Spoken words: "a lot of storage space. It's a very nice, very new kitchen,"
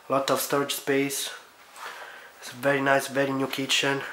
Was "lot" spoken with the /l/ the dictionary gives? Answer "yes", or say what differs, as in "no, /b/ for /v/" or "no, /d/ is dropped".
yes